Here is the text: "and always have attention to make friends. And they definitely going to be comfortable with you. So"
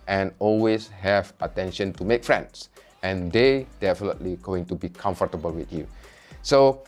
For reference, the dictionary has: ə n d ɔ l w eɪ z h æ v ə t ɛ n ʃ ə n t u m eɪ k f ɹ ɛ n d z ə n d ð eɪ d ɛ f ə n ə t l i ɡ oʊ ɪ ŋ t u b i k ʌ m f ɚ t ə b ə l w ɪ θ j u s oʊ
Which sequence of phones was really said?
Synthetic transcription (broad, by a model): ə n ɔ l w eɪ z h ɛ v ə t ɛ n ʃ ə n t u m eɪ k f ɹ ɛ n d s ə n d eɪ d ɛ f ə n ə t l i ɡ oʊ ɪ ŋ t u b i k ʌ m f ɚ t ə b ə l w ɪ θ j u s oʊ